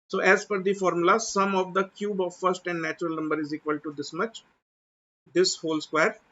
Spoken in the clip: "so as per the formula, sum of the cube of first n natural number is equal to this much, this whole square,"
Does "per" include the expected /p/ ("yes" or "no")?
no